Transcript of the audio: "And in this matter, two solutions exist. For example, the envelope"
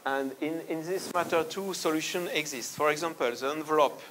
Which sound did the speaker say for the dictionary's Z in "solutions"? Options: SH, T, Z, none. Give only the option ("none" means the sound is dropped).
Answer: none